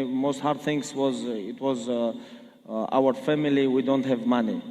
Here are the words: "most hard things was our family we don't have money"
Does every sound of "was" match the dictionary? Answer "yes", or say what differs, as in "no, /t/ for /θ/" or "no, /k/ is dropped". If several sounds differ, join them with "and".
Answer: yes